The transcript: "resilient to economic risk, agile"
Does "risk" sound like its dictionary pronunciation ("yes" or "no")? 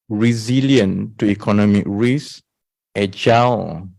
no